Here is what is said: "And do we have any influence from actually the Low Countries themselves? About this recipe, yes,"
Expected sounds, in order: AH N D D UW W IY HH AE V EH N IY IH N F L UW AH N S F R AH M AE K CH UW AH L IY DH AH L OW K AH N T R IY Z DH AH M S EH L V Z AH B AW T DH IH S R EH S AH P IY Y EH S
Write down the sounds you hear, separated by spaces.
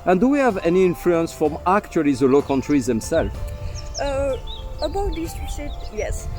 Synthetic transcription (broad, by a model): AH N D D UW W IY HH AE V EH N IY IH N F L UW AH N S F R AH M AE K CH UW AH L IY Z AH L OW K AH N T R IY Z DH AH M S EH L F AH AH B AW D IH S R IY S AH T Y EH S